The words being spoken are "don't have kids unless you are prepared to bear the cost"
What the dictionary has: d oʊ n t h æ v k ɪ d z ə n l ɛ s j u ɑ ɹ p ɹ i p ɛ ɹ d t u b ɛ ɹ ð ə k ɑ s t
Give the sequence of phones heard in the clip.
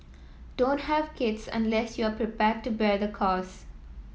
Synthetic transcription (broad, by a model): d oʊ n t h æ v k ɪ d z ə n l ɛ s j u ɑ ɹ p ɹ i p ɛ ɹ d t u b ɛ ɹ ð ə k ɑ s